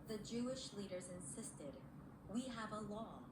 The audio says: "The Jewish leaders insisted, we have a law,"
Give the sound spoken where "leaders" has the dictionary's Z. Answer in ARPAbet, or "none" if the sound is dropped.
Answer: Z